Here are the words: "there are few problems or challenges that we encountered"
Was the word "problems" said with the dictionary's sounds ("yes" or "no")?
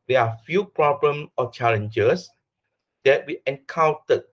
no